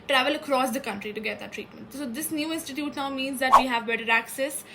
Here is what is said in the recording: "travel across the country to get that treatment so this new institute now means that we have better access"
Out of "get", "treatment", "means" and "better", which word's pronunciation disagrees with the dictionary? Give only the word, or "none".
none